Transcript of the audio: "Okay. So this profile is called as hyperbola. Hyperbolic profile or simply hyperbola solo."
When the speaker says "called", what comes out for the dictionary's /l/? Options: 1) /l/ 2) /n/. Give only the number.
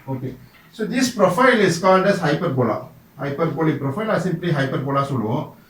2